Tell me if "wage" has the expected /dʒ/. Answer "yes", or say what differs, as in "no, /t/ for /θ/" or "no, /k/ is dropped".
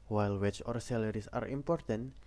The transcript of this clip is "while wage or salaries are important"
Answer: no, /tʃ/ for /dʒ/